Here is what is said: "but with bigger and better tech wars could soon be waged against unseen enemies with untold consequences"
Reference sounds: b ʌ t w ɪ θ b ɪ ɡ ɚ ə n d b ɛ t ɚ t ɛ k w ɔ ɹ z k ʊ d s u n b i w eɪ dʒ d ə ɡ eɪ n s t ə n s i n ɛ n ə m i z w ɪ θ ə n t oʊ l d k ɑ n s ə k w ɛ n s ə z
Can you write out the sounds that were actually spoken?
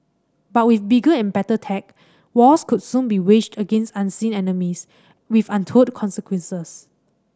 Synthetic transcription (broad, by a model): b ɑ t w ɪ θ b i ɡ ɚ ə n b ɛ t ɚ t ɛ k w ɔ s k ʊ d s u n b i w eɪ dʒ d ə ɡ eɪ n s t ə n s i n ɛ n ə m i s w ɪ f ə n t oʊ d k ɑ n s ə k w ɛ n s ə s